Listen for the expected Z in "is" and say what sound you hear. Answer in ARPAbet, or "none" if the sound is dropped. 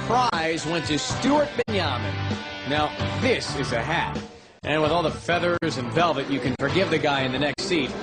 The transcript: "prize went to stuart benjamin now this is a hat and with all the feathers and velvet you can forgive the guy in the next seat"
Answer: Z